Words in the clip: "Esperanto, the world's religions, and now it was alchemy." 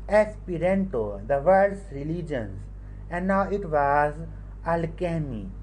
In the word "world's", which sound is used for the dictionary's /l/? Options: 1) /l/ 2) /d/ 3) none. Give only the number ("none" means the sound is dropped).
3